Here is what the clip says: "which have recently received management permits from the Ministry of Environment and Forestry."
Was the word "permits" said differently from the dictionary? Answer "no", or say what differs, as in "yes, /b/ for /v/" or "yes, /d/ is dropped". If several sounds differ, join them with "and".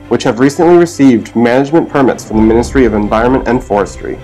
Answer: no